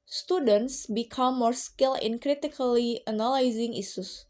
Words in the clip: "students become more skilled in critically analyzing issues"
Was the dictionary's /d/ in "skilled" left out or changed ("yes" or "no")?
yes